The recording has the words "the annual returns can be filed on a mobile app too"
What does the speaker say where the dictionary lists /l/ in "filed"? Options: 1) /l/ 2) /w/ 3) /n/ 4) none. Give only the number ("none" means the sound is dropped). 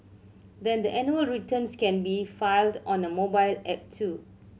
1